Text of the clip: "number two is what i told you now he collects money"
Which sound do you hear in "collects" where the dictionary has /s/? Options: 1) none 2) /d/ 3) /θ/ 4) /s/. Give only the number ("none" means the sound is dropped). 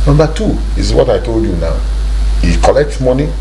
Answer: 1